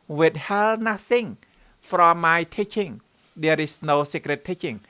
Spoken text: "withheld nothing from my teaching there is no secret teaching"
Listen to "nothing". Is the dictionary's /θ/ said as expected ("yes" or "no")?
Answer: no